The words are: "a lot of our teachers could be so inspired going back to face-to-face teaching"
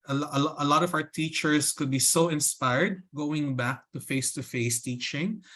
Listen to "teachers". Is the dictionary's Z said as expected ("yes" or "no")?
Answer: no